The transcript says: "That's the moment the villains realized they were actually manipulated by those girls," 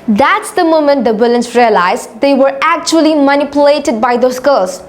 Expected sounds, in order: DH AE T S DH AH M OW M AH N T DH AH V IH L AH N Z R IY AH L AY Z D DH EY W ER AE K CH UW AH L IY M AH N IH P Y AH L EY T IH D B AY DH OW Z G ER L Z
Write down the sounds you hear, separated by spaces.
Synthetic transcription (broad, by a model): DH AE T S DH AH M OW M AH N T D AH B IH L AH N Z R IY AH L AY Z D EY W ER AE K CH UW AH L IY M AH N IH P Y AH L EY T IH D B AY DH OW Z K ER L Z